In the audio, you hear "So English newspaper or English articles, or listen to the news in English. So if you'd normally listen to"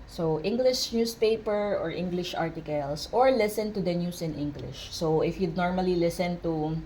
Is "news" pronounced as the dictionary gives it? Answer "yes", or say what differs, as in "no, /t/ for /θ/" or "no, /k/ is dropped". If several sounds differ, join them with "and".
no, /s/ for /z/